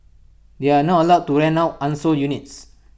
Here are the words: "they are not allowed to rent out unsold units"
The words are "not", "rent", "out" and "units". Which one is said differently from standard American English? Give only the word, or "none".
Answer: rent